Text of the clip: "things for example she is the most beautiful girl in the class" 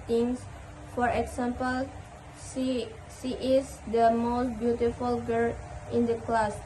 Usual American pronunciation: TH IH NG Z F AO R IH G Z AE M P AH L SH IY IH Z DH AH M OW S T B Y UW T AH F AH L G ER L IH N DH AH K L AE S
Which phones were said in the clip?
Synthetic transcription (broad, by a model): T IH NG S F AO R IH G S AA M P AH L S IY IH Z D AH M OW S T B Y UW T AH F AH L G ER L IH N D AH K L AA S